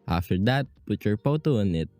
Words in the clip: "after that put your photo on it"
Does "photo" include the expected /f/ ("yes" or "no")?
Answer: no